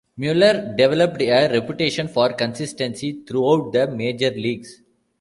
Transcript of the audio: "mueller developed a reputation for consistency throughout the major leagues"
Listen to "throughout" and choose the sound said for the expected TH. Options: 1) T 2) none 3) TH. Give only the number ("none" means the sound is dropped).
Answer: 1